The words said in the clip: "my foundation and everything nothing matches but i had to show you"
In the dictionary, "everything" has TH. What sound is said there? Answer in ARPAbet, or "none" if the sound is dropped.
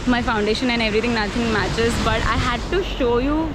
T